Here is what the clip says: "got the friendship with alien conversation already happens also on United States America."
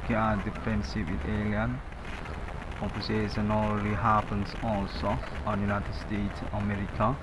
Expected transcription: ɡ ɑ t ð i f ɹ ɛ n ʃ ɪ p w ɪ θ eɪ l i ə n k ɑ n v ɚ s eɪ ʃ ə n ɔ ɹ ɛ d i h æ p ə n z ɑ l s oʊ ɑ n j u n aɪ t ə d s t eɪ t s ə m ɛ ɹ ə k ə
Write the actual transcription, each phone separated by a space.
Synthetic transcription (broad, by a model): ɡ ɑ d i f ɛ n s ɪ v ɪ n eɪ l i ə n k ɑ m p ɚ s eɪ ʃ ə n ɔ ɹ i h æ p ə n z ɑ l s oʊ ɑ n j u n aɪ t ə d s t eɪ t s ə m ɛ ɹ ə k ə